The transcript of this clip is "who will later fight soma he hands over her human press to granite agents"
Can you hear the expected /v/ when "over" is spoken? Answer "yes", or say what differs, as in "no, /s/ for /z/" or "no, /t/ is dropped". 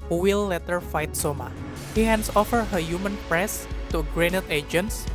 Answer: no, /f/ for /v/